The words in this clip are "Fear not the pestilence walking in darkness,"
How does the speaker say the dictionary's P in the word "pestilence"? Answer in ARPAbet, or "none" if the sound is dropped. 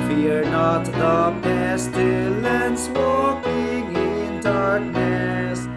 B